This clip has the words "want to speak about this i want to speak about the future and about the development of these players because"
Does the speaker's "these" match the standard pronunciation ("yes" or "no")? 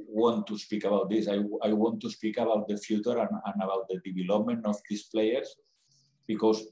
no